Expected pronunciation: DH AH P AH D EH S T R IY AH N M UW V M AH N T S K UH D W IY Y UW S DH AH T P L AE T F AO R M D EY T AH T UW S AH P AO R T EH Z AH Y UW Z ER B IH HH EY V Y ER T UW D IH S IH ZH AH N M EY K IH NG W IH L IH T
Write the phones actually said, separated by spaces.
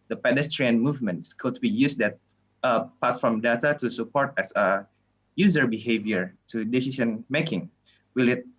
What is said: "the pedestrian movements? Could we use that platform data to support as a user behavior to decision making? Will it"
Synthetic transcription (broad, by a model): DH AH P AH D EH S T R IY AH N M UW V M AH N T S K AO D W IY Y UW S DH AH T P AA T F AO R M D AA T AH T UW S AH P AO R T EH S AH Y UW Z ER B IH HH EY V Y ER T UW D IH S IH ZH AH N M EY K IH NG W IH L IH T